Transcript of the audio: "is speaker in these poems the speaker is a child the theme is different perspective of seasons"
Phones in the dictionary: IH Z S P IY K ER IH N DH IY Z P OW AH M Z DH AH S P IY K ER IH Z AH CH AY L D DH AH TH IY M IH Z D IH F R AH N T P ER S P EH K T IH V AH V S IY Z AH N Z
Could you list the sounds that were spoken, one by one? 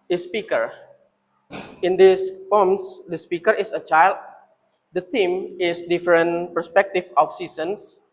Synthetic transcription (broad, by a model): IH S P IY K ER IH N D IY S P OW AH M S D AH S P IY K ER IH S AH CH AY L D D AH T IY M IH S D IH F R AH N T P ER S P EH K T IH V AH F S IY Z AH N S